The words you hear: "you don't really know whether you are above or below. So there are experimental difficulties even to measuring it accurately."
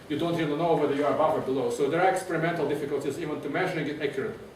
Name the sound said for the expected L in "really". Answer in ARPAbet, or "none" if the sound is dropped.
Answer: N